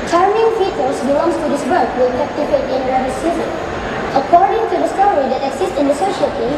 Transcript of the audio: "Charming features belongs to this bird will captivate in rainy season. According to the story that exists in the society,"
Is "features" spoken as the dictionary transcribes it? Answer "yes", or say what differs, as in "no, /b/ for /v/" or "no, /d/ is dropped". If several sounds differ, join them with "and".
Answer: no, /p/ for /f/